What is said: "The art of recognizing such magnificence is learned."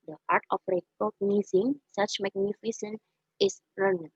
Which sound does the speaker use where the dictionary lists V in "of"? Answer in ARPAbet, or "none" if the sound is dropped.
P